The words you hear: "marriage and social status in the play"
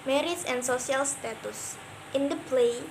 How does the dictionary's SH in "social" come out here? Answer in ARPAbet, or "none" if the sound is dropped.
S